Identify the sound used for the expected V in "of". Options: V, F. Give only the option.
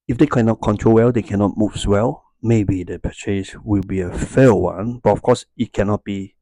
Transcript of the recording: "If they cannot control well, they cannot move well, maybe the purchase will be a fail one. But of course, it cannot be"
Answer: F